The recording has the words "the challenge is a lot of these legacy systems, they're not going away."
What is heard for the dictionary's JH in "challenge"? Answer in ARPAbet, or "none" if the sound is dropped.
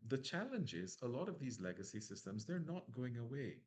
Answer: JH